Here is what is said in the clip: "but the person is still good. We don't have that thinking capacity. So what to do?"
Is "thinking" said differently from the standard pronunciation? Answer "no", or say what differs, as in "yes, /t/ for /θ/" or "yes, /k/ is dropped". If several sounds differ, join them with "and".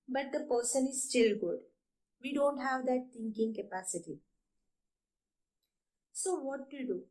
yes, /t/ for /θ/